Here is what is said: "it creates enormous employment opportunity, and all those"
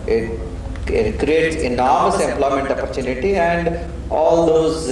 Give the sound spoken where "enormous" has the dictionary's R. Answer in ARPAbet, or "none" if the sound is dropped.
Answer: R